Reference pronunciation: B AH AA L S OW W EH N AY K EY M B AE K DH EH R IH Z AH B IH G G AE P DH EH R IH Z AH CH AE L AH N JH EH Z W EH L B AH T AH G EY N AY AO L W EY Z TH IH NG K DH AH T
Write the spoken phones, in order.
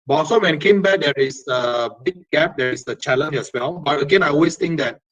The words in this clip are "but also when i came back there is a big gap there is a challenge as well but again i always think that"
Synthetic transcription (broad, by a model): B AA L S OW W EH N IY K EY M B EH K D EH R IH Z AH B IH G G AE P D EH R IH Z AH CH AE L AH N EH S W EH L B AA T AH G EY N AY AO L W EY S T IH NG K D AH T